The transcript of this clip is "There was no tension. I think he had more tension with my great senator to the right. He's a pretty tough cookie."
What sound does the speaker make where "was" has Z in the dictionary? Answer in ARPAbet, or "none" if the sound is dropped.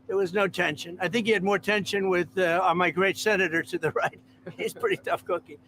Z